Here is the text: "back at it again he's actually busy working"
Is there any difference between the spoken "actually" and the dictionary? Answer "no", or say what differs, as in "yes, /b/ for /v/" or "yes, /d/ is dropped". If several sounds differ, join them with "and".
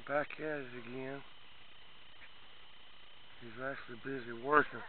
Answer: no